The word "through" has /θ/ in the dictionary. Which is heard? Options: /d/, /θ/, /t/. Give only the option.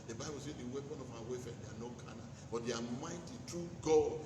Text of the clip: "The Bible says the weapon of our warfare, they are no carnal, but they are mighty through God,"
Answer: /t/